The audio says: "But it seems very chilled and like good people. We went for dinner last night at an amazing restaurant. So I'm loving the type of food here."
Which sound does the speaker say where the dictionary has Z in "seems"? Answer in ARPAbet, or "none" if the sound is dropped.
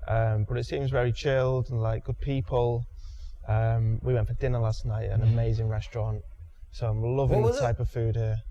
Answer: Z